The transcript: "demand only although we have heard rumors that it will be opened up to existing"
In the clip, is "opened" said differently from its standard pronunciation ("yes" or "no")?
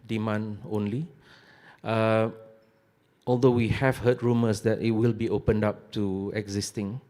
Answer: no